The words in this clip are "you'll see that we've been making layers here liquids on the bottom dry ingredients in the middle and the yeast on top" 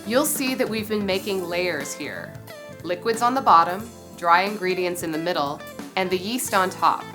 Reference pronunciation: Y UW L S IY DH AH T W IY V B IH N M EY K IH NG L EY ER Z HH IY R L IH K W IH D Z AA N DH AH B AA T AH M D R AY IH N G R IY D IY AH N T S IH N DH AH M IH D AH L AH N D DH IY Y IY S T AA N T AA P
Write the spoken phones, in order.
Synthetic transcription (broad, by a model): Y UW L S IY DH AH T W IY V B IH N M EY K IH NG L EY ER Z HH IY R L IH K W IH D Z N DH AH B AA T AH M D R AY IH N G R IY D IY AH N T S IH N DH AH M IH D L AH N DH IY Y IY S T N T AA P